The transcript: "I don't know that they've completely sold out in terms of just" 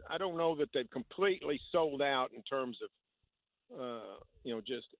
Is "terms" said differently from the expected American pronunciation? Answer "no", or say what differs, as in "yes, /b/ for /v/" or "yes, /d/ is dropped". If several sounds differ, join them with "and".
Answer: no